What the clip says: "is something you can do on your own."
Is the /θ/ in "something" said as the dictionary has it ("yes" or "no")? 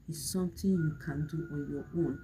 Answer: no